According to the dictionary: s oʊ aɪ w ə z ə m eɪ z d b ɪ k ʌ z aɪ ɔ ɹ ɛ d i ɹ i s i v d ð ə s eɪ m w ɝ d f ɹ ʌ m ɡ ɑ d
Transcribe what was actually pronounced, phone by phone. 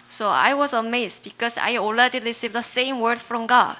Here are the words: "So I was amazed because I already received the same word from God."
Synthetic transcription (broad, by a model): s oʊ aɪ w ə z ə m eɪ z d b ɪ k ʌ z aɪ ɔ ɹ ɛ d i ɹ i s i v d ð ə s eɪ m w ɝ d f ɹ ʌ m ɡ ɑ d